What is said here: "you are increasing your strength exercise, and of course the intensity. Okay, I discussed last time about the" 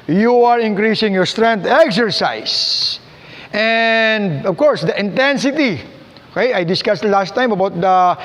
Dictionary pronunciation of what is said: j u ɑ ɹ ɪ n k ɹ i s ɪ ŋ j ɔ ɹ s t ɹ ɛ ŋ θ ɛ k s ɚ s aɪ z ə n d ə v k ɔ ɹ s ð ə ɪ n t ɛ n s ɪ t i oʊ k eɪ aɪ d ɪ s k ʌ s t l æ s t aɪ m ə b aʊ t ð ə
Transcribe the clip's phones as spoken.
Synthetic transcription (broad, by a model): j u ɑ ɹ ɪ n k ɹ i s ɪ ŋ j ɔ ɹ s t ɹ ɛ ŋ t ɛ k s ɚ s aɪ s ə n d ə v k ɔ ɹ s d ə ɪ n t ɛ n s ɪ t i oʊ k eɪ aɪ d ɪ s k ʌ s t l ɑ s t aɪ m ə b aʊ t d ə